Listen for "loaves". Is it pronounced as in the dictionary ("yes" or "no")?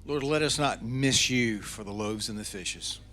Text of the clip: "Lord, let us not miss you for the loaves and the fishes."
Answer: yes